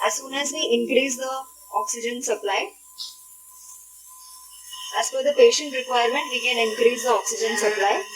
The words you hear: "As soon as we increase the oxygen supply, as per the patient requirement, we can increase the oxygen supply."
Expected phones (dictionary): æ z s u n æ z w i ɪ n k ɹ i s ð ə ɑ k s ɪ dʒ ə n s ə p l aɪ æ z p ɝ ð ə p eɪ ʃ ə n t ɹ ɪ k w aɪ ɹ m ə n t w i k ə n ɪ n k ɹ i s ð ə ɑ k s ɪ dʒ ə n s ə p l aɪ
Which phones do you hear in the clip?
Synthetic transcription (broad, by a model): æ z s u n æ z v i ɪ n k ɹ i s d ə ɑ k s ɪ dʒ ə n s ə p l aɪ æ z f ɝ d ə p eɪ ʃ ə n t ɹ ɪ k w aɪ ɹ m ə n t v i k ə n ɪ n k ɹ i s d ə ɑ k s ɪ dʒ ə n s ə p l aɪ